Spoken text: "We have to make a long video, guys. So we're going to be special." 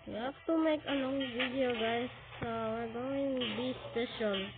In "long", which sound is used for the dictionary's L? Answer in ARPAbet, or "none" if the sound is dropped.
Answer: N